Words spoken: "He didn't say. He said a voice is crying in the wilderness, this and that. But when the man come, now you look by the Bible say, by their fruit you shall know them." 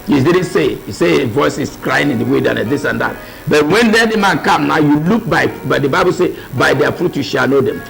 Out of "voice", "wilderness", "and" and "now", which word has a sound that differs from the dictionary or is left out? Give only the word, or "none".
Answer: wilderness